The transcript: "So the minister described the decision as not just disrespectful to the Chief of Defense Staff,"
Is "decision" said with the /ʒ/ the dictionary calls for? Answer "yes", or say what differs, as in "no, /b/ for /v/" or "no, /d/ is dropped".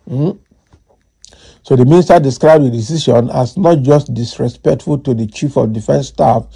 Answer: no, /ʃ/ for /ʒ/